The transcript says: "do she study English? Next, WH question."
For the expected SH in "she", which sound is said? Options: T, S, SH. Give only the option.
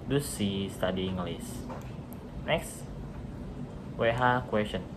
S